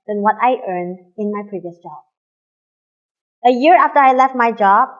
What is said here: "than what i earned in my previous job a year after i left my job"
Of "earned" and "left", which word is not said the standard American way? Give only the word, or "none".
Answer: none